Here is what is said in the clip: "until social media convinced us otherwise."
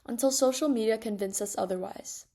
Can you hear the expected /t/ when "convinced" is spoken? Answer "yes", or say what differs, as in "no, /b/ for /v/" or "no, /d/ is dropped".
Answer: no, /t/ is dropped